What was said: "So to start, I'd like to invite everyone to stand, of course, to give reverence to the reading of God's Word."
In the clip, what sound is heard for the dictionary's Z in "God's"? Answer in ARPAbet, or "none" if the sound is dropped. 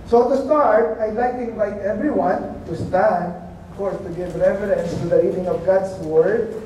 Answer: S